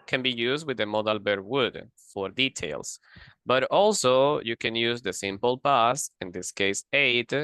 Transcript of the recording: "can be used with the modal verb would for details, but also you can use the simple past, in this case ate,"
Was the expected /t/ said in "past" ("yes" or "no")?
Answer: no